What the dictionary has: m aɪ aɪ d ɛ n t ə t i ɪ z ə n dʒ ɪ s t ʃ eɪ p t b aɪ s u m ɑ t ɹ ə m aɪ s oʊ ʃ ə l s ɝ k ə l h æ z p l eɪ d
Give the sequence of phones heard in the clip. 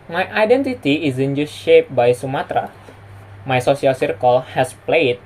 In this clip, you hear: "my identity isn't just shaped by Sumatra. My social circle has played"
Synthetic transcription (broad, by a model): m aɪ aɪ d ɛ n t ə t i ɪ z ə n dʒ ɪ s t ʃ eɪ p b aɪ s u m ɑ t ɹ ə m aɪ s oʊ s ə l s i k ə l h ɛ s p l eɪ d